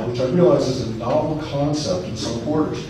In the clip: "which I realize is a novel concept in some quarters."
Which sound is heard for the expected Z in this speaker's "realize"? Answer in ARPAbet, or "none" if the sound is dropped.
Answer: Z